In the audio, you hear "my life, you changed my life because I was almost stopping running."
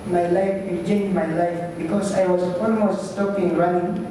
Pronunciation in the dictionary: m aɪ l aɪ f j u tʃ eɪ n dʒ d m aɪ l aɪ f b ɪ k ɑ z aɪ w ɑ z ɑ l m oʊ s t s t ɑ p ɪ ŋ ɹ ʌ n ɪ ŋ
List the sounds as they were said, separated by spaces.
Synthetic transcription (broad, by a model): m aɪ l aɪ f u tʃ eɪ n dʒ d m aɪ l aɪ f b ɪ k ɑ s aɪ w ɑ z ɑ l m oʊ s t s t ɑ p ɪ ŋ ɹ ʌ n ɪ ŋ